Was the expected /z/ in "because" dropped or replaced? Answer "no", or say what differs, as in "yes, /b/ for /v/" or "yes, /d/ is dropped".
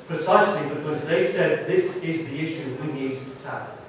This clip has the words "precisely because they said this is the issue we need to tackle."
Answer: no